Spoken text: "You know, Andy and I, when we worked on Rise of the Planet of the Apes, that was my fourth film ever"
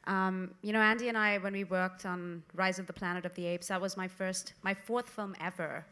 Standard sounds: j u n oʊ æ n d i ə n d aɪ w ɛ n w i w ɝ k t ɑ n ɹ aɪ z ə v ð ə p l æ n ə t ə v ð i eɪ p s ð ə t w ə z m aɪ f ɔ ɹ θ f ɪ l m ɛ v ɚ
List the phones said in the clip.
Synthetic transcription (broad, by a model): j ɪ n oʊ æ n d i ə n aɪ w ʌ n w i w ɝ k t n ɹ aɪ z ə v ð ə p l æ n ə t ə v ð i eɪ p s ð ə t w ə z m aɪ f ɔ ɹ θ f ɪ l m ɛ v ɚ